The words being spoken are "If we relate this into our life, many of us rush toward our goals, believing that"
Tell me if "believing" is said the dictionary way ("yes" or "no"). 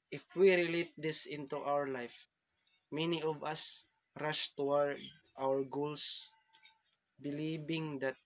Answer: no